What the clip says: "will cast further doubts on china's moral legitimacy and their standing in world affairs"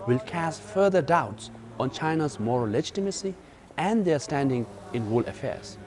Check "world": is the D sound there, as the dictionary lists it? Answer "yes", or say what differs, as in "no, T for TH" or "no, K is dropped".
no, D is dropped